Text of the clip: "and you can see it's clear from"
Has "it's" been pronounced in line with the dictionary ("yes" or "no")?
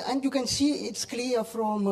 yes